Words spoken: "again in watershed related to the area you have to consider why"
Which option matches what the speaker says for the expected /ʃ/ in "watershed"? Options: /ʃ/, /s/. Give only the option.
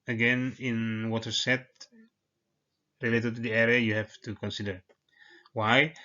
/s/